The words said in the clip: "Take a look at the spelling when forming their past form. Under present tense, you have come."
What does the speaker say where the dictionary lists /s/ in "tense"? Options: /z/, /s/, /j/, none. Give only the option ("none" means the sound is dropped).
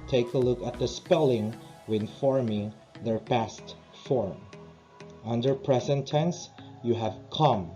/s/